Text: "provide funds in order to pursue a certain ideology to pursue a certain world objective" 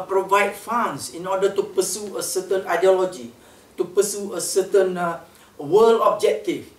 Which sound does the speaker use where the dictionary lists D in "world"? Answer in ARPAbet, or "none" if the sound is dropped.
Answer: none